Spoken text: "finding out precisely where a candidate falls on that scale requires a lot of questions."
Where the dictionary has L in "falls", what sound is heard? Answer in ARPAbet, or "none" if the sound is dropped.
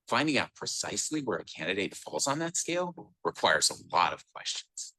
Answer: L